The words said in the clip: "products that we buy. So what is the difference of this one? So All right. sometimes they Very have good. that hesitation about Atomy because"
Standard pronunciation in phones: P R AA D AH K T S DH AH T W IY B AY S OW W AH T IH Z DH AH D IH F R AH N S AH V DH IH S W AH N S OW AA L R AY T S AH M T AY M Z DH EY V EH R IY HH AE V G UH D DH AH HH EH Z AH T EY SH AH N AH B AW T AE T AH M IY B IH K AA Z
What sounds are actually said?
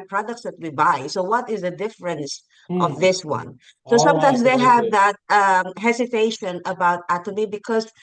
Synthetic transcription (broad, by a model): P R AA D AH K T S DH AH T W IY B AY S OW W AH T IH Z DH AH D IH F R AH N S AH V DH IH S W AH N S OW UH S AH M T AY M S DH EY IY HH AE V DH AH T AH HH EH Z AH T EY SH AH N AH B AW T AE T AH M IY B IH K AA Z